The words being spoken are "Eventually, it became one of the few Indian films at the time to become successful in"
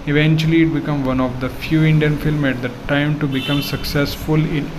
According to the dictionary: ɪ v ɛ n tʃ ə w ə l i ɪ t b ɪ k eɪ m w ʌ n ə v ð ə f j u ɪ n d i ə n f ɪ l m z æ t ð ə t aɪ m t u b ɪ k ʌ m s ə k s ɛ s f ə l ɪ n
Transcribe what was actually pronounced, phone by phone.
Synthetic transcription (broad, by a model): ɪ v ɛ n tʃ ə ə l i ɪ t b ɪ k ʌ m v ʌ n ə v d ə f j u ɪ n d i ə n f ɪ l m æ t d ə t aɪ m t u b ɪ k ʌ m s ə k s ɛ s f ə l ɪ n